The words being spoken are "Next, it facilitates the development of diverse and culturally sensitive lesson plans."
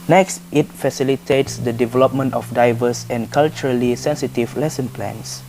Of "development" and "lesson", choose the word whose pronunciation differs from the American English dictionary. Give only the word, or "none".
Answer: none